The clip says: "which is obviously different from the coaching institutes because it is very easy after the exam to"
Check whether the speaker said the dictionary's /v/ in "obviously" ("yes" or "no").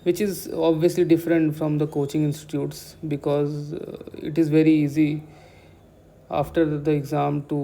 yes